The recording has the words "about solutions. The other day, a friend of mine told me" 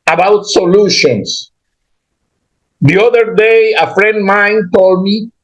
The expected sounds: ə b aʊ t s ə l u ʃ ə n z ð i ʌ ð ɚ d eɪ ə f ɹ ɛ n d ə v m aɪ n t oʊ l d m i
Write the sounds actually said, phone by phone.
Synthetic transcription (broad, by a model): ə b aʊ t s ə l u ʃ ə n s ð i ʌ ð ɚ d eɪ ə f ɹ ɛ n d m aɪ n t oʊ l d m i